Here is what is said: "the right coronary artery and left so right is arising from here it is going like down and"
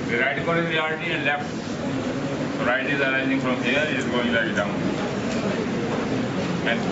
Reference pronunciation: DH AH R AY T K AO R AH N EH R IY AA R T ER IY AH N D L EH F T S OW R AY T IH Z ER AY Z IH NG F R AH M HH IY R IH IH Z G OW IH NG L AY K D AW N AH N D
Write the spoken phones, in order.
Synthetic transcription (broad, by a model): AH R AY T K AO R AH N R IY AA L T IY AH N D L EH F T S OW R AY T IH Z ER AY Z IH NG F R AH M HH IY IH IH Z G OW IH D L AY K D AW N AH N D